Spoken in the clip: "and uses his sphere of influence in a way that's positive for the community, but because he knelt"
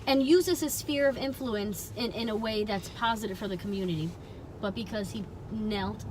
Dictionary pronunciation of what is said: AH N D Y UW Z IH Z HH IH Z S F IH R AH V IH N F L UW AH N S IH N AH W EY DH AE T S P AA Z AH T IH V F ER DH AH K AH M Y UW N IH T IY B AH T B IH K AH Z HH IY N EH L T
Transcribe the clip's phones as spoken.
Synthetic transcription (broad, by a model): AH N Y UW Z IH Z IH S F IH R AH V IH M F L UW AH N S IH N AH W EY DH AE T S P AA Z AH T IH V F ER DH AH K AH M Y UW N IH T IY B AH T B IH K AH Z HH IY N EH L T